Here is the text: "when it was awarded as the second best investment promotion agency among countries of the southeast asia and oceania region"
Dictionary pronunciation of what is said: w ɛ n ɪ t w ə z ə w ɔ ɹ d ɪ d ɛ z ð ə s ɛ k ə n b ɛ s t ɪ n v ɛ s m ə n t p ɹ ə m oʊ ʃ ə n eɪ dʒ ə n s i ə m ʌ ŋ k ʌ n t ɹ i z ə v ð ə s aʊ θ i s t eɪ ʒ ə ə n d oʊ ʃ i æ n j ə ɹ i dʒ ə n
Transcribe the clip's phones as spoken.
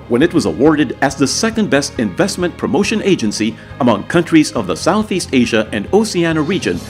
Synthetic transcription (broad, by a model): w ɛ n ɪ t w ə z ə w ɔ ɹ d ɪ d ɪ z ð ə s ɛ k ə n b ɛ s t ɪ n v ɛ s m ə n p ɹ ə m oʊ ʃ ə n eɪ dʒ ə n s i ə m ʌ ŋ k ʌ n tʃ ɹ i z ə v ð ə s aʊ θ i s t eɪ ʒ ə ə n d oʊ s i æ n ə ɹ i dʒ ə n